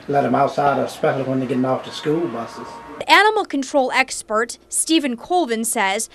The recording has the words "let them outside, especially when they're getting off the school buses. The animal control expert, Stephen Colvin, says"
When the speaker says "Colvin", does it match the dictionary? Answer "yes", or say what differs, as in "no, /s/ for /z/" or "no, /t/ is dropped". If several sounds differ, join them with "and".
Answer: yes